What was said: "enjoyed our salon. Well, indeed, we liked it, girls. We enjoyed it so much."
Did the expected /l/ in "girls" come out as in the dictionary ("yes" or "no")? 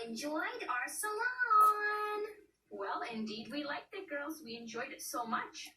yes